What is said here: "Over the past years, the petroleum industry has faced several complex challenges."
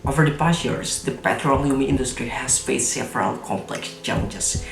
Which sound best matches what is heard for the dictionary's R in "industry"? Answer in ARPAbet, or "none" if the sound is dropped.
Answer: R